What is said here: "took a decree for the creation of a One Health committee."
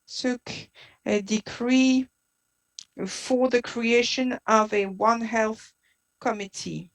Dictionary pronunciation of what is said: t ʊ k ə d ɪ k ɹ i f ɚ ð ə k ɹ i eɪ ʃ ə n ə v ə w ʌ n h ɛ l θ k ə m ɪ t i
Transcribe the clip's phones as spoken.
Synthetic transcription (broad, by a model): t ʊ k ə d ɪ k ɹ i f ɚ ð ə k ɹ i eɪ ʃ ə n ə v ə w ʌ n h ɛ l θ k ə m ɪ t i